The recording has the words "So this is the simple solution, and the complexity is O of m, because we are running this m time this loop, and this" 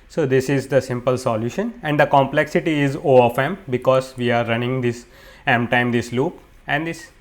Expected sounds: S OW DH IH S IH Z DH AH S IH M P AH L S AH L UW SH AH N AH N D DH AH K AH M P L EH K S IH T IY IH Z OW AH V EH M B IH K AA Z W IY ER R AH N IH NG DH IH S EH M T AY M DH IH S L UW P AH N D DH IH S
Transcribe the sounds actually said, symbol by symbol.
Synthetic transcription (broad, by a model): S OW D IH S IH Z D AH S IH M P AH L S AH L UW SH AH N AH N D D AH K AH M P L EH K S IH T IY IH Z OW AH F EH M B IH K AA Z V IY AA R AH N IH NG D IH S EH M T AY M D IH S L UW P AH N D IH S